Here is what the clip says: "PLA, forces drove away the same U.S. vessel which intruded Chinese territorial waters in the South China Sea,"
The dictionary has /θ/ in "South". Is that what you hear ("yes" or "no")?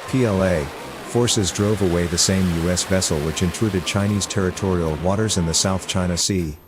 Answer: yes